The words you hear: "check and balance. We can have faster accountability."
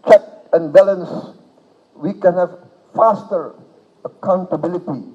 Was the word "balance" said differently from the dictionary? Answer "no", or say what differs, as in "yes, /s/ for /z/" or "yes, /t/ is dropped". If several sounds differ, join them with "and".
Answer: no